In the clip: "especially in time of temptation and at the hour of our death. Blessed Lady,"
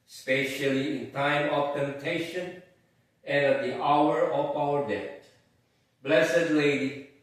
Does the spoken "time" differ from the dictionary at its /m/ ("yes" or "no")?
no